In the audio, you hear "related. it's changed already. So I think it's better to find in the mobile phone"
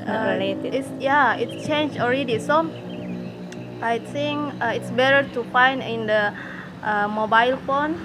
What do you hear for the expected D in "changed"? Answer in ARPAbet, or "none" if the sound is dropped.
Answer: none